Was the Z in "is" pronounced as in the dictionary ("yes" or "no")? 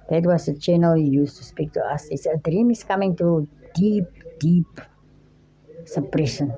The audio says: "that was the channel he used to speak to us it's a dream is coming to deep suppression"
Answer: no